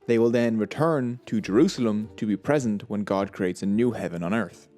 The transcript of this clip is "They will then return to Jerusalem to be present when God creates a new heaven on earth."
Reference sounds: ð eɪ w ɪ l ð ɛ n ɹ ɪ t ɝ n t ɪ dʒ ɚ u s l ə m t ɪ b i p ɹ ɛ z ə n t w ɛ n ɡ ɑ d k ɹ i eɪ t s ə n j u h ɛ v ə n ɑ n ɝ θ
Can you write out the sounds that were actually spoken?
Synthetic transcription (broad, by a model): ð eɪ w ɪ l ð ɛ n ɹ ɪ t ɝ n t ɪ dʒ ɚ u s l ə m t ɪ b i p ɹ ɛ z ə n t w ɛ n ɡ ɑ d k ɹ i eɪ t s ə n j u h ɛ v ə n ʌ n ɝ θ